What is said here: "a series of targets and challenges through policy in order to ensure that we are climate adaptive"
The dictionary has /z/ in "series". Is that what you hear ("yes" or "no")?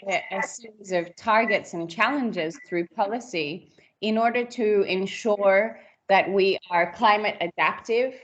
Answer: yes